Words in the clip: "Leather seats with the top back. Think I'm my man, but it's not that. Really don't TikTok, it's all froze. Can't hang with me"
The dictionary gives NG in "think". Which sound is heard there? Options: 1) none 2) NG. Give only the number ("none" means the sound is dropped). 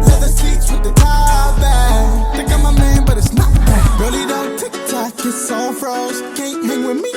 1